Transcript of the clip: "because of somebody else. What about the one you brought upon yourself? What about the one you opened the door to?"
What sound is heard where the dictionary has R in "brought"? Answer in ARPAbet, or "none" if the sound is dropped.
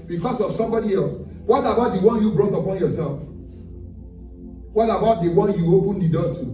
R